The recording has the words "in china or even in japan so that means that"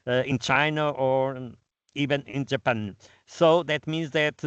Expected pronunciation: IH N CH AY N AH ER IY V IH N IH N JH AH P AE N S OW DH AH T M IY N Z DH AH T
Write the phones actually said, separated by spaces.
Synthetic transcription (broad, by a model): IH N CH AY N AH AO IY V IH N IH N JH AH P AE N S OW DH AH T M IY N Z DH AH T